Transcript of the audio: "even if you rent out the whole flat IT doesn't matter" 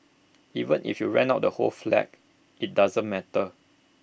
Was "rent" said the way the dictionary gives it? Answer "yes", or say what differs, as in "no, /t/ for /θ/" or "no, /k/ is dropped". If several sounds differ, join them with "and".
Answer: no, /t/ is dropped